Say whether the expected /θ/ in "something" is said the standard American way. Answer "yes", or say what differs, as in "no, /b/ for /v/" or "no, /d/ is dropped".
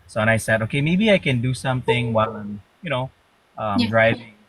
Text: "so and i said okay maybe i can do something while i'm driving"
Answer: yes